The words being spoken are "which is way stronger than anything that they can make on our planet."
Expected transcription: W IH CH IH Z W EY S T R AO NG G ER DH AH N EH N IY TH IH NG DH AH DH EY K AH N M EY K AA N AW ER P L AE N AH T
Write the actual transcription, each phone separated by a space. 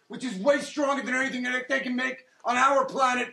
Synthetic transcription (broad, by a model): W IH CH IH Z W EY S T R AO NG G ER DH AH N EH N IY TH IH NG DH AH DH EY K AH N M EY K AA N AW ER P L AE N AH T